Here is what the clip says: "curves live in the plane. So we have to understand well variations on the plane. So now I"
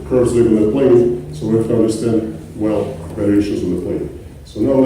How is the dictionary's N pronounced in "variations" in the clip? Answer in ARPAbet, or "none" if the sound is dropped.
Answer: none